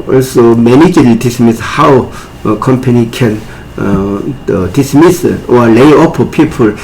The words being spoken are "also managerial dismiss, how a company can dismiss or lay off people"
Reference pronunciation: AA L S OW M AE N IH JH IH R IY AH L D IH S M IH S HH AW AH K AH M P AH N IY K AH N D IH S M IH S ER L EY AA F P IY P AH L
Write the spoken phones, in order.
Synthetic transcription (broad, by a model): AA L S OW M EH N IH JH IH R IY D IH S M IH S HH AW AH K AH M P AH N IY K AH N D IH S M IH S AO L EY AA P P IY P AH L